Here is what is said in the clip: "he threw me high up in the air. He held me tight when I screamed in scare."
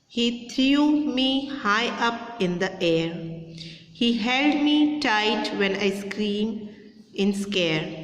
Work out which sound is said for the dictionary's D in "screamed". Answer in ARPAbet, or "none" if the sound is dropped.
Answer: none